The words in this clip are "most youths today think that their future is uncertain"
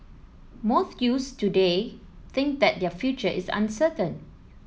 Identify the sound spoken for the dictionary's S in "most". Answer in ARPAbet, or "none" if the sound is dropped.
TH